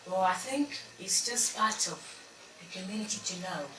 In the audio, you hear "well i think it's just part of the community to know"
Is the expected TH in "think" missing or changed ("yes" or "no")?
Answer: no